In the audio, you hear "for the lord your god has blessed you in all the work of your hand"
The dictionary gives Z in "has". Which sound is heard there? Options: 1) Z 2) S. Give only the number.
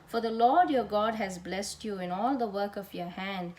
1